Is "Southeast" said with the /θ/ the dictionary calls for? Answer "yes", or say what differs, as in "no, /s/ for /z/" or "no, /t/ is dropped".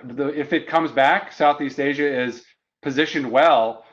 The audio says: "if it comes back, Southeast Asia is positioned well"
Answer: yes